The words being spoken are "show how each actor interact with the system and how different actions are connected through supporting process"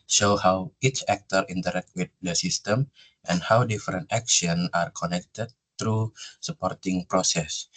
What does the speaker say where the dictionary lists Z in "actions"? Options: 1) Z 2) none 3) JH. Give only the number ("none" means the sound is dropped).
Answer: 2